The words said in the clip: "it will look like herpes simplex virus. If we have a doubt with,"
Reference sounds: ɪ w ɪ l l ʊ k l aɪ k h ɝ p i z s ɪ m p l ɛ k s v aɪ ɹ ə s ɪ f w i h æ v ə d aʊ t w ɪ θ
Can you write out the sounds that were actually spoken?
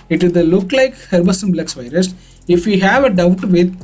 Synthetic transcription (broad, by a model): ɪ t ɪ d l ʊ k l aɪ k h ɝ b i s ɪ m b l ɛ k s v aɪ ɹ ə s ɪ f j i h æ v ə d aʊ t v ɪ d